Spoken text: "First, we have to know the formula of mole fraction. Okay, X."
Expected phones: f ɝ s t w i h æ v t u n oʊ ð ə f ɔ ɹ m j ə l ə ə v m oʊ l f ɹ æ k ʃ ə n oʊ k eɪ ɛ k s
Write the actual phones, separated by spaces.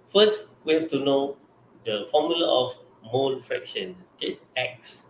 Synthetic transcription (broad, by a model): f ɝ s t w i h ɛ f t u n oʊ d ə f ɔ m j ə l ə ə f m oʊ n f ɹ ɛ k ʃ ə n oʊ k eɪ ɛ k s